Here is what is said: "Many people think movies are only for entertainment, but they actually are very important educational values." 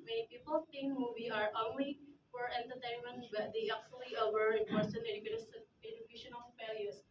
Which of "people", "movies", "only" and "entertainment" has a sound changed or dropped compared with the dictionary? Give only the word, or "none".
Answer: movies